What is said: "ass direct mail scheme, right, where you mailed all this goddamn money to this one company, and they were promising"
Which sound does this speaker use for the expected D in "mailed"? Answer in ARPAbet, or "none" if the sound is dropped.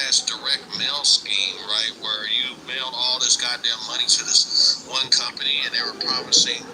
none